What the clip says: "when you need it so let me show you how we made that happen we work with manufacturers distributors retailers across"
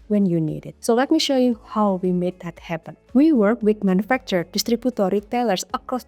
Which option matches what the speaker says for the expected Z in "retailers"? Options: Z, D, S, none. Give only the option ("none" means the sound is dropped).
S